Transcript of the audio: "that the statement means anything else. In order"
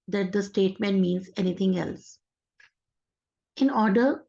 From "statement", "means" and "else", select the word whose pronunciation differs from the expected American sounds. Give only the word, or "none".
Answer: none